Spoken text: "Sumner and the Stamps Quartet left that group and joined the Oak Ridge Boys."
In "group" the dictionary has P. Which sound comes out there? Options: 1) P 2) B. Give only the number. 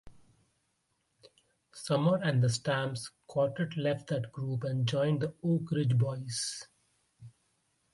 1